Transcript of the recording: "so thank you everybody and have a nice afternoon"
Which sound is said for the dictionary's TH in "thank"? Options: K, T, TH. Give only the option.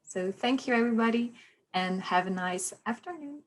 TH